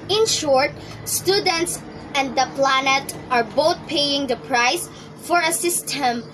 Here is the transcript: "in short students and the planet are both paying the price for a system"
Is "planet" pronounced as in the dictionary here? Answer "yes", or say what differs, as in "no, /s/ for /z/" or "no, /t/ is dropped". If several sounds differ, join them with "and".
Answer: yes